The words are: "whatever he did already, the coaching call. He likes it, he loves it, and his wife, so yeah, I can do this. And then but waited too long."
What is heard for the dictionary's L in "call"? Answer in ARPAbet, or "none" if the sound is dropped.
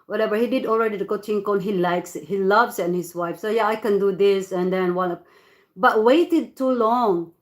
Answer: N